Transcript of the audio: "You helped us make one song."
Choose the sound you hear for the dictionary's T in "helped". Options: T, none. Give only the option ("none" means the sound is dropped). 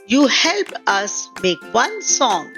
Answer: none